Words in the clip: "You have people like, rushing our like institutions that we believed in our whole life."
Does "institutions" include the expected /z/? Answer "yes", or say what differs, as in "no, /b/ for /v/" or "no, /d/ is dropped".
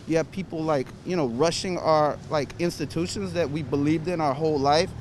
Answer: yes